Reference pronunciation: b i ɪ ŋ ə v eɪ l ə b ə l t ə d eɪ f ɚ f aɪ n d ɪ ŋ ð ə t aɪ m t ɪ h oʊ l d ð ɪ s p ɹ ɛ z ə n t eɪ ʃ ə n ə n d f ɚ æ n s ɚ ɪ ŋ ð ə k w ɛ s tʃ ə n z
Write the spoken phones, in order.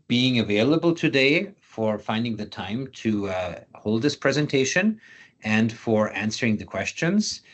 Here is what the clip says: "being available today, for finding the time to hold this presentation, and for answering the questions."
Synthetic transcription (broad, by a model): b i ɪ ŋ ə v eɪ l ə b ə l t ə d eɪ f ɚ f aɪ n d ɪ ŋ ð ə t aɪ m t ɪ h oʊ l d ð ɪ s p ɹ ɛ z ə n t eɪ ʃ ə n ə n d f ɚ æ n s ɚ ɪ ŋ ð ə k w ɛ s tʃ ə n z